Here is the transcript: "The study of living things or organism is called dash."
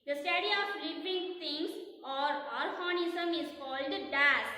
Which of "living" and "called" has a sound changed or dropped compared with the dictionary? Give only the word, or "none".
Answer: living